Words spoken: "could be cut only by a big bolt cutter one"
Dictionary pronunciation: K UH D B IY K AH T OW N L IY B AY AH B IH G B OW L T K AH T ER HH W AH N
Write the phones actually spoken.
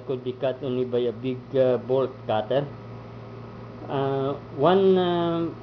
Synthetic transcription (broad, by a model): K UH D B IY K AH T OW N IY B AY AH B IH G B OW L T K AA T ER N W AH N